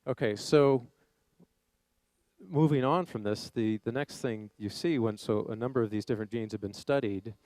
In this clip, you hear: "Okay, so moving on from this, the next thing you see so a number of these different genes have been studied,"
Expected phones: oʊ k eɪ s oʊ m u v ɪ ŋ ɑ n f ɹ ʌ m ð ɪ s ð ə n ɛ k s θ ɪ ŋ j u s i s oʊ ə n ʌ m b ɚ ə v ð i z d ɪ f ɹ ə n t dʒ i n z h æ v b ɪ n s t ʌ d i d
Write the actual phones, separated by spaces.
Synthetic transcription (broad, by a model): oʊ k eɪ s oʊ m u v ɪ ŋ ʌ n f ɹ ʌ m ð ɪ s ð ə n ɛ k s θ ɪ ŋ j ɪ s i s oʊ ə n ʌ m b ɚ ə v ð i z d ɪ f ɹ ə n dʒ i n z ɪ v b ɪ n s t ʌ d i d